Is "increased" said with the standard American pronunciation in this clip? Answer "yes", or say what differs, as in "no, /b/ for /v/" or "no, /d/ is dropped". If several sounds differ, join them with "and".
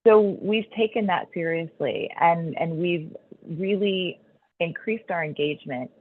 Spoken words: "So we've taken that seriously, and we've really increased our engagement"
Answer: yes